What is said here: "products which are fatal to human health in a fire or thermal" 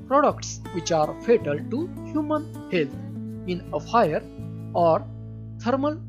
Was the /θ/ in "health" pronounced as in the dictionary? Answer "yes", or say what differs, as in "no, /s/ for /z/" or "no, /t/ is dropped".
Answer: no, /t/ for /θ/